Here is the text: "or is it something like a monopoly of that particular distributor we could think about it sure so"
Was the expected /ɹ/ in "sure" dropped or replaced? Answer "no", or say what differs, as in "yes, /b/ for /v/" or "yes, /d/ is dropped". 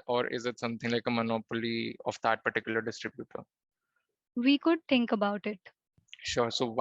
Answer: no